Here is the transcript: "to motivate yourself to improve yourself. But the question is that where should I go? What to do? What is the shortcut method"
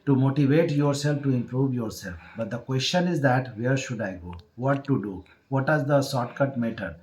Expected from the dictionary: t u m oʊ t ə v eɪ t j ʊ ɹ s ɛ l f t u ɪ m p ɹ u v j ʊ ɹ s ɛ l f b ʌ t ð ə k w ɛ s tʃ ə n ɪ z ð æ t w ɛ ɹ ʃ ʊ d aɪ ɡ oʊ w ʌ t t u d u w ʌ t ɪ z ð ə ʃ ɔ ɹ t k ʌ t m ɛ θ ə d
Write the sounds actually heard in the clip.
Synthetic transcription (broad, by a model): t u m oʊ t ə v eɪ t j ʊ ɹ s ɛ l f t u ɪ m p ɹ u v j ʊ ɹ s ɛ l f b ʌ t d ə k w ɛ s tʃ ə n ɪ z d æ t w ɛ ɹ ʃ ʊ d aɪ ɡ oʊ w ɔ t t u d u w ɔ t ɪ z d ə s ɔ t k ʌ t m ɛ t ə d